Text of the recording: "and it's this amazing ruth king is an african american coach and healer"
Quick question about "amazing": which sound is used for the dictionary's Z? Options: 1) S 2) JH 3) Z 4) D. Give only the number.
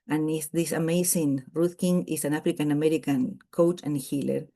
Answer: 1